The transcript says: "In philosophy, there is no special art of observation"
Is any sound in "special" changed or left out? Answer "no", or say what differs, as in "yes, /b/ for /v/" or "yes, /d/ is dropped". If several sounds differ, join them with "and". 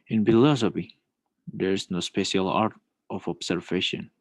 no